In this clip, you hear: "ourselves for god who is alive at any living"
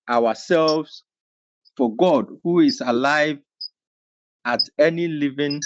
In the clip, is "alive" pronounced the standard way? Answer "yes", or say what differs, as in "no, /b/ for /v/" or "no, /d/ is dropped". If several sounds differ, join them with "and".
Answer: yes